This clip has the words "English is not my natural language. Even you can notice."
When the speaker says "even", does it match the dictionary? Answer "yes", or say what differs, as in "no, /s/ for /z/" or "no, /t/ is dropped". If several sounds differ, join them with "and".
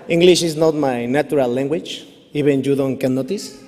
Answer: no, /b/ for /v/